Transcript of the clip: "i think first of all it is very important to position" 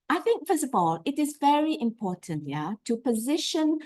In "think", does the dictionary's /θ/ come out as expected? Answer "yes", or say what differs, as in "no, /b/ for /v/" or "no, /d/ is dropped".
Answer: yes